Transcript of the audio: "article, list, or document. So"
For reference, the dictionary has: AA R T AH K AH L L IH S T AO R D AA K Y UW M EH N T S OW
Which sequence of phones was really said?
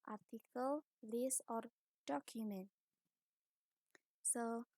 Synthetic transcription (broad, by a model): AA R T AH K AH L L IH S AO R D AA K Y UW M EH N T S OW